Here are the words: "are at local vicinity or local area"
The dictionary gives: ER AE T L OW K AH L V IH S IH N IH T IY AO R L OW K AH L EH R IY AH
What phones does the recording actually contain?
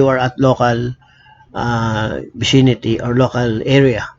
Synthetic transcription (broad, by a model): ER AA T L OW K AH L B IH S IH N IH T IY AO R L OW K AH L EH R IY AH